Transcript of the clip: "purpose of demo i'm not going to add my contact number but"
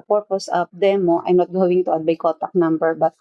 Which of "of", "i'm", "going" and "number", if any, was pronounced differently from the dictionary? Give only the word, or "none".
of